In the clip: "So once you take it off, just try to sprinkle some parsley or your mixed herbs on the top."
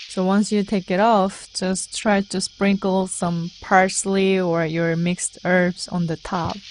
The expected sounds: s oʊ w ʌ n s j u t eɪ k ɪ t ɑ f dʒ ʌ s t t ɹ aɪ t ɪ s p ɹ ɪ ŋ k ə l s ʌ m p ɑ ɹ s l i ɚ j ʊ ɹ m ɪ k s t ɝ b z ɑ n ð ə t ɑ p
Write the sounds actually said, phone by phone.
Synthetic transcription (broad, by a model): s oʊ w ʌ n s j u t eɪ k ɪ t ɑ f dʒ ʌ s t t ɹ aɪ t ɪ s p ɹ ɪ ŋ k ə l s ʌ m p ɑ ɹ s l i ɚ j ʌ ɹ m ɪ k s t ɝ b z n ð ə t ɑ p